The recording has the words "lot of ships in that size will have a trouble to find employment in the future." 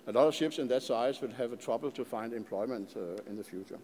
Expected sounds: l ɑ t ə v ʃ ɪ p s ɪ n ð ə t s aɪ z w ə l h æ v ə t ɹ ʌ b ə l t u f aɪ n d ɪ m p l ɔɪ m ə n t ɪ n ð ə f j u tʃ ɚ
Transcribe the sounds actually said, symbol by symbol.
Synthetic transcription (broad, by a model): l ɑ t ə v ʃ ɪ p s ɪ n ð ə t s aɪ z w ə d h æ v ə t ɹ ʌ b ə l t u f aɪ n d ɪ m p l ɔɪ m ə n t ɪ n ð ə f j u tʃ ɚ